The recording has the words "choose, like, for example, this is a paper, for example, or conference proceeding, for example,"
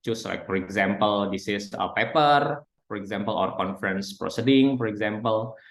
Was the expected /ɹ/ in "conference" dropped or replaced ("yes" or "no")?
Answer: no